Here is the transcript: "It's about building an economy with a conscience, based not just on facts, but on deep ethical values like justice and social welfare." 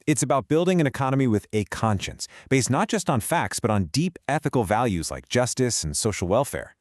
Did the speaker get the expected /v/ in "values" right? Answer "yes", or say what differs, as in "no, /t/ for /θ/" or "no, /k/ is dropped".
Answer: yes